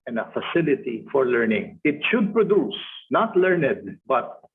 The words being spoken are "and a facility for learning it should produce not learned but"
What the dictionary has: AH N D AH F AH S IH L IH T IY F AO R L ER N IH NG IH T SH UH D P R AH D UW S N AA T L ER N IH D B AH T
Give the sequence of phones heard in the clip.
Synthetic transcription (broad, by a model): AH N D AH F AH S IH L IH T IY F AO R L ER N IH NG IH T SH UH D P R AH D UW S N AA T L ER N IH D B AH T